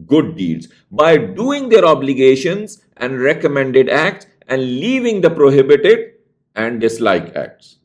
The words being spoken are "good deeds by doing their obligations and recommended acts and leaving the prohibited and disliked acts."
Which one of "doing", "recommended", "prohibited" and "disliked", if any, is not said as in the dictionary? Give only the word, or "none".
disliked